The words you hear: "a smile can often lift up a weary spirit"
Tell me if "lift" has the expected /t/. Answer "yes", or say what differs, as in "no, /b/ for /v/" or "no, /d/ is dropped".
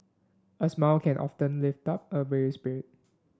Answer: yes